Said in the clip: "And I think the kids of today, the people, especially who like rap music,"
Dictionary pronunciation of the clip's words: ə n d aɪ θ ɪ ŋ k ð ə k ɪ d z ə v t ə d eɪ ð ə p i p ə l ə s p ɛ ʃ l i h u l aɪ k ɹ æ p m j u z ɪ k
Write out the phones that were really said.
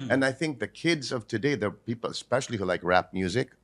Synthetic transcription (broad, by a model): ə n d aɪ θ ɪ ŋ k ð ə k ɪ d z ə v t ə d eɪ ð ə p i p l ə s p ɛ ʃ l i h u l aɪ k ɹ æ p m j u z ɪ k